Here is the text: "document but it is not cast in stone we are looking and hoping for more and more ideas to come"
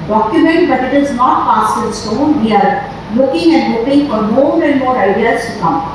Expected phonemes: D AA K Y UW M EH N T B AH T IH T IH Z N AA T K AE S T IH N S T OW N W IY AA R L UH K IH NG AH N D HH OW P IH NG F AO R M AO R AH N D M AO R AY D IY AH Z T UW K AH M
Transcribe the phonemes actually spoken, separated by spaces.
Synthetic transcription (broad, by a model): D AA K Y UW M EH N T B AH T IH T IH Z N AA T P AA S IH L S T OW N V IY AA R L UH K IH NG AH N D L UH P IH NG F AO R M AO R AH N D M AO R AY D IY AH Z T UW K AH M